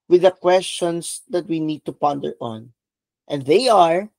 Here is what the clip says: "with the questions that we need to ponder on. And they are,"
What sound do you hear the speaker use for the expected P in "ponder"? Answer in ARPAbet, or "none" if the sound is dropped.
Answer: P